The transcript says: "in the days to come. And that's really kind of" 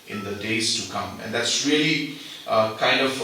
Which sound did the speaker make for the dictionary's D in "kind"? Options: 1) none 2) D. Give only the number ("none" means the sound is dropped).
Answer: 2